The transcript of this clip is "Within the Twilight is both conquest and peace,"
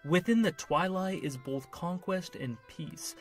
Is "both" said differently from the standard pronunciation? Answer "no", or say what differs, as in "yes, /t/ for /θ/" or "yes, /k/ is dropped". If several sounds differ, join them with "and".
no